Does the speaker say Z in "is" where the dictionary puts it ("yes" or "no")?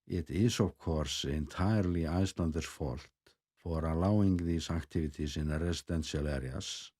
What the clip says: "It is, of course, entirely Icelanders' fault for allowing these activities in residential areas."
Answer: no